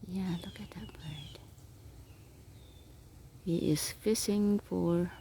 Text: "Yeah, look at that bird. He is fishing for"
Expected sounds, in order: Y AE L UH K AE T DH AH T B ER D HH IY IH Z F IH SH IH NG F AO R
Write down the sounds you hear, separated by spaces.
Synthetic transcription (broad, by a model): Y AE L UH K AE T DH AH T B ER D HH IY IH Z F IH S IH NG F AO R